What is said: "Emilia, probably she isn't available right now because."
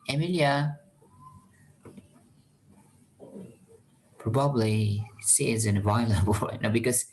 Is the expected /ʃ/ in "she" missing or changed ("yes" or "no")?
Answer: yes